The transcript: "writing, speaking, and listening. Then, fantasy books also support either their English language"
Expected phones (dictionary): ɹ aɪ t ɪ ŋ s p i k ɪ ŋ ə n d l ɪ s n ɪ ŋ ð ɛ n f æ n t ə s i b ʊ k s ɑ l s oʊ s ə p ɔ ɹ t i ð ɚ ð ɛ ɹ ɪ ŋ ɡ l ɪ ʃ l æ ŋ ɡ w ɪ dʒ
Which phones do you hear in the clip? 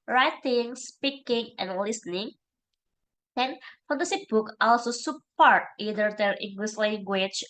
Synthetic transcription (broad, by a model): ɹ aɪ t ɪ ŋ s p i k ɪ ŋ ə n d l ɪ s n ɪ ŋ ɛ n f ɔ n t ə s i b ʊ k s ɑ l s oʊ s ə p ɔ ɹ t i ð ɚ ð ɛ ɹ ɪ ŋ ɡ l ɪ s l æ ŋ ɡ w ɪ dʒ